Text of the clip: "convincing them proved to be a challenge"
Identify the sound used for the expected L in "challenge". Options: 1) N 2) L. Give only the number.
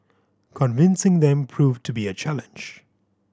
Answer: 2